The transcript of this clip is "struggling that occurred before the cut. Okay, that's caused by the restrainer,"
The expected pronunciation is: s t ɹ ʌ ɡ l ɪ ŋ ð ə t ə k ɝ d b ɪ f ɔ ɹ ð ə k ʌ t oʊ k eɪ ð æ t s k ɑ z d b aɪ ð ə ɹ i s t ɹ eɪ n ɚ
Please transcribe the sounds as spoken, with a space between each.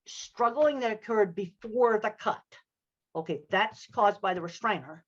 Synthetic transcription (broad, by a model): s t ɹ ʌ ɡ l ɪ ŋ ð ə t ə k ɝ d b ɪ f ɔ ɹ ð ə k ʌ t oʊ k eɪ ð æ t s k ɑ z b aɪ ð ə ɹ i s t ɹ eɪ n ɚ